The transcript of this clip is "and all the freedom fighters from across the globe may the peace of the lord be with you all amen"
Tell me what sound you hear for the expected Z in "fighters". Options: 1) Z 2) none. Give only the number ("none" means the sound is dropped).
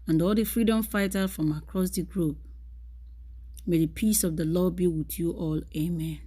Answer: 2